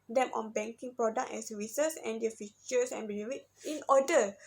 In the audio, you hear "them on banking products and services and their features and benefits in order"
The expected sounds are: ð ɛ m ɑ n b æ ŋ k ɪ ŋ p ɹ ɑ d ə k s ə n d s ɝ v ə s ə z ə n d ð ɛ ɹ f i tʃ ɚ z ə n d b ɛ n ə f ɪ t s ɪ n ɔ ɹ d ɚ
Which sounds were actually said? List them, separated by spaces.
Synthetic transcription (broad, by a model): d ɛ m ɑ n b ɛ ŋ k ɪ ŋ p ɹ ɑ d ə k ə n s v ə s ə s ə n d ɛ f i tʃ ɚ s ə n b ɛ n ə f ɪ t ɪ n ɔ d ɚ